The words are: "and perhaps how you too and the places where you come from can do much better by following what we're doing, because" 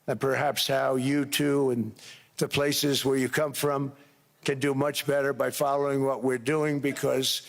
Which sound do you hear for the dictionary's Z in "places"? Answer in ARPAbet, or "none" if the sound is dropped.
Z